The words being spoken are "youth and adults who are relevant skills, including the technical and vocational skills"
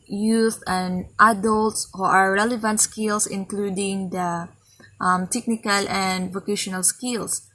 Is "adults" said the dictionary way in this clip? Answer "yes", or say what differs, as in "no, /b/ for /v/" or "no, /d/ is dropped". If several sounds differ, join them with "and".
yes